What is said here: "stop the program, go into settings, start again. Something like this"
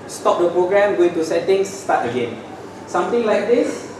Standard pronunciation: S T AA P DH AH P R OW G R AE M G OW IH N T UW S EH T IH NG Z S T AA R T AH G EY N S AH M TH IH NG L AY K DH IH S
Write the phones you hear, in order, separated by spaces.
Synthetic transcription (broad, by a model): S T AA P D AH P R OW G R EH M G OW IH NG T UW S EH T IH NG S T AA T AH G EY N S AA M T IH NG L AY K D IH S